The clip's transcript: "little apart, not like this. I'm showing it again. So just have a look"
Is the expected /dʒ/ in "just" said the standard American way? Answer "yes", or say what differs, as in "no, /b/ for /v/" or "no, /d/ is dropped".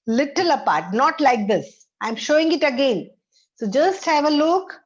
yes